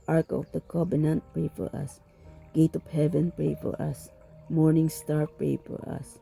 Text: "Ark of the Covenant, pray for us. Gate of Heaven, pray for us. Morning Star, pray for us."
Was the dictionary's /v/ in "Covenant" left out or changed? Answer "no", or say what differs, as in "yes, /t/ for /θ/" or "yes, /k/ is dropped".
yes, /b/ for /v/